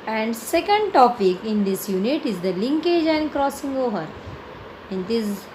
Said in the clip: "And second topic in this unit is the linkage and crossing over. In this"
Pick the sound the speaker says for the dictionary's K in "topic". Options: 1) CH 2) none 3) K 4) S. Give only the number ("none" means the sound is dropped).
3